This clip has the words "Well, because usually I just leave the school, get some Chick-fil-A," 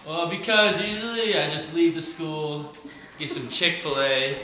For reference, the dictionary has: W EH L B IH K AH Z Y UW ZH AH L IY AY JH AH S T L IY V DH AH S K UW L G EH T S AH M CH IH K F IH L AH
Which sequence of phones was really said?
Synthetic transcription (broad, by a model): W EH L B IH K AH Z Y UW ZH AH L IY AY JH AH S T L IY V DH AH S K UW L G EH T S AH M CH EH K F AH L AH